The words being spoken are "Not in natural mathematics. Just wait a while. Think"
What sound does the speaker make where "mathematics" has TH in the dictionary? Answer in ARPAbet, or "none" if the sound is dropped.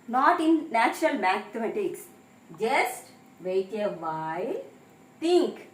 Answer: T